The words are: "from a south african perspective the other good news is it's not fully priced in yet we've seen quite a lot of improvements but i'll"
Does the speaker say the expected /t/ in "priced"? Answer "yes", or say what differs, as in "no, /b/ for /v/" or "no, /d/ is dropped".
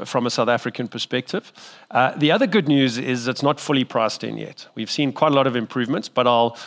yes